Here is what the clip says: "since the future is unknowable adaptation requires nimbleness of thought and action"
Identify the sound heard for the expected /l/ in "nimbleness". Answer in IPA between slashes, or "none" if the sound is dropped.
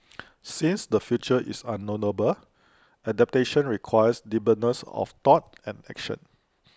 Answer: none